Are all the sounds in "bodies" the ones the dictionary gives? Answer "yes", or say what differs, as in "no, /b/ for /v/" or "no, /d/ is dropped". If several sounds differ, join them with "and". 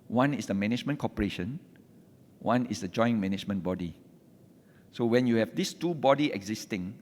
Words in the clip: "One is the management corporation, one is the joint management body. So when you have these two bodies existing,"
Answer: no, /z/ is dropped